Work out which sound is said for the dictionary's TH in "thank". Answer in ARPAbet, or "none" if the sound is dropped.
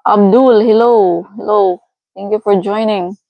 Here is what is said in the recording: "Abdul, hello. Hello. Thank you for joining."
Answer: T